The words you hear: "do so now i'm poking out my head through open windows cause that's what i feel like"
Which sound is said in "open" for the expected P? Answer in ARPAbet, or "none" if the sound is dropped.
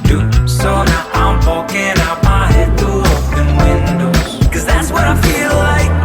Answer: F